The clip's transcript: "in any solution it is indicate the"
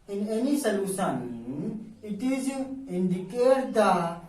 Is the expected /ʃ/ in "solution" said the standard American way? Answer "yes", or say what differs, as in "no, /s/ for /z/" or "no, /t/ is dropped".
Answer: no, /s/ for /ʃ/